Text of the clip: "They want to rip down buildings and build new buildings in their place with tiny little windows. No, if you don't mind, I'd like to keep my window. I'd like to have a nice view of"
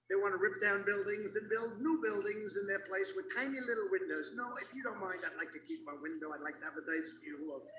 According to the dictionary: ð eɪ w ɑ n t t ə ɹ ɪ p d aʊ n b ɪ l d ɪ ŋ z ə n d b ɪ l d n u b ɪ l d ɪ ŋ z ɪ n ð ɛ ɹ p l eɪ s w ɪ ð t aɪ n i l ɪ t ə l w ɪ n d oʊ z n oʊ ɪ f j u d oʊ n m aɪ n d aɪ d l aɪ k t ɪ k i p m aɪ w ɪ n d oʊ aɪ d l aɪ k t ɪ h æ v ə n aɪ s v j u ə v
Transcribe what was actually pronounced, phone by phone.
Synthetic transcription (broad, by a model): ð eɪ w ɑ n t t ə ɹ ɪ p d aʊ n b ɪ l d ɪ ŋ z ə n b ɪ l d n u b ɪ l d ɪ ŋ z ɪ n ð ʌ ɹ p l eɪ s w ɪ ð t aɪ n i l ɪ t l w ɪ n d oʊ z n oʊ ɪ f j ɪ d oʊ n m aɪ n d aɪ d l aɪ k t ɪ k i p m aɪ w ɪ n d oʊ aɪ d l aɪ k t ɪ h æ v ə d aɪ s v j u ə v